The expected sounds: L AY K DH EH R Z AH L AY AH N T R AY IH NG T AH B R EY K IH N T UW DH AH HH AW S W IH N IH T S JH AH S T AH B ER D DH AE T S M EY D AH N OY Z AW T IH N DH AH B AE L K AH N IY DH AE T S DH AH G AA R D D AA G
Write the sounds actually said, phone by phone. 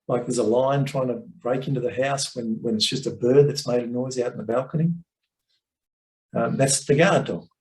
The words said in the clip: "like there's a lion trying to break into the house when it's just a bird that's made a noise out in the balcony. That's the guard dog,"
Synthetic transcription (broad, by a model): L AY K DH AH R Z AH L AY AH N T R AY IH NG T AH B R EY K IH N T UW DH AH HH AW S W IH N IH T S JH AH S T AH B ER D DH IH T S M EY D AH N OY Z AW T N DH AH B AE L K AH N IY DH AE T S DH AH G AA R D D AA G